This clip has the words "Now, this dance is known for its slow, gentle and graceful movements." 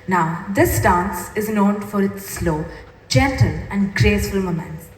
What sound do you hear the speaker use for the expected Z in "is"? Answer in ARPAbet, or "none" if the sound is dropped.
Z